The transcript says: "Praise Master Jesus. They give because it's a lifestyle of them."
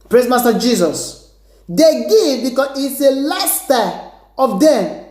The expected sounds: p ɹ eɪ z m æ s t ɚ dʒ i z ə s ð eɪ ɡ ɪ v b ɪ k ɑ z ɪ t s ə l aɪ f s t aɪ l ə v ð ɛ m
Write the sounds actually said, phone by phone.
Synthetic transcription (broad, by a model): p ɹ eɪ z m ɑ s t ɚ dʒ i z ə s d eɪ ɡ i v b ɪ k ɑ s ɪ t s ə l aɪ s t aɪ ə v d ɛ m